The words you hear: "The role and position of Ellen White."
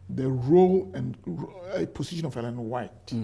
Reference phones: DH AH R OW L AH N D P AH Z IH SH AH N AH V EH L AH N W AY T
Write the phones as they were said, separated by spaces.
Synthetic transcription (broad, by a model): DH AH R OW L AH N P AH S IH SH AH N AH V EH L AH N W AY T